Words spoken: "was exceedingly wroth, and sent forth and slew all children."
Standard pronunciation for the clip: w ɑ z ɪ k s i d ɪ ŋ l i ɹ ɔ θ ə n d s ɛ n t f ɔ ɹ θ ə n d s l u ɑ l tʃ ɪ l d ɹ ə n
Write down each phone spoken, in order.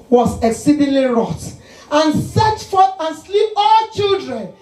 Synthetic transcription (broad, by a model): w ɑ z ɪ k s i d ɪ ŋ l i ɹ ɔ t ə n s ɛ t f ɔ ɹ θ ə n s l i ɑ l tʃ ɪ l d ɹ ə n